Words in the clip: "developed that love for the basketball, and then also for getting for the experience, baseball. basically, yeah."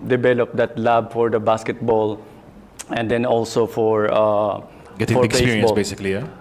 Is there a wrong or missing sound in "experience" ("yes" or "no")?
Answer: yes